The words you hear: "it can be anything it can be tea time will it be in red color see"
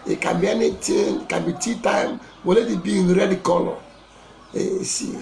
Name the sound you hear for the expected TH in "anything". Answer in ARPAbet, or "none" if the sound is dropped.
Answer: T